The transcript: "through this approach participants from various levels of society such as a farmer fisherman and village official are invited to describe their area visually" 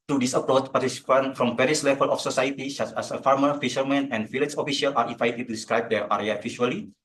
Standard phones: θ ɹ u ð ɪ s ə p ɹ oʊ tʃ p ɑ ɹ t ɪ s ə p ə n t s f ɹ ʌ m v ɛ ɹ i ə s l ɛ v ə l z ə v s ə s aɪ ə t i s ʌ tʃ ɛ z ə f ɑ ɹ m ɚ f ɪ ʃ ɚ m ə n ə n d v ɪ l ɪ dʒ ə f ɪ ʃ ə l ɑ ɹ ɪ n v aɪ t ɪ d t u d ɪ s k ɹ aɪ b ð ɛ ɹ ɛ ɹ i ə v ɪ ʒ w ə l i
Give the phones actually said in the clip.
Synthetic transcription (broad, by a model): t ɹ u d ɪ s ə p ɹ oʊ tʃ p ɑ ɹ t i s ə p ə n f ɹ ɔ m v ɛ ɹ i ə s l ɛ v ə l ə f s ə s aɪ ə t i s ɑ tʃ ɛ s ə f ɑ ɹ m ɚ f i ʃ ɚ m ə n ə n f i l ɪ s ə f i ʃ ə l ɑ ɹ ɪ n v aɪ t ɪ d t u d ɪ s k ɹ aɪ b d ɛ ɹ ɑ ɹ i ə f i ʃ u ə l i